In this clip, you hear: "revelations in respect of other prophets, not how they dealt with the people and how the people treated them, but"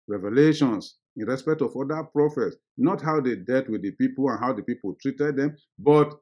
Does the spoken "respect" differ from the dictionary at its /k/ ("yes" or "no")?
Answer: no